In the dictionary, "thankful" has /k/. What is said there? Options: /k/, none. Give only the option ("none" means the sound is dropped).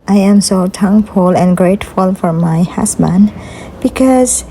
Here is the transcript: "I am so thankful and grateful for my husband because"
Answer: none